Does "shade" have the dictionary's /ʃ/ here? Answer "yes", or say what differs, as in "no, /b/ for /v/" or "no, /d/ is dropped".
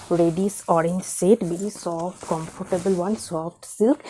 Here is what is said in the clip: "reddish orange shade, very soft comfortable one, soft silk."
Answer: no, /s/ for /ʃ/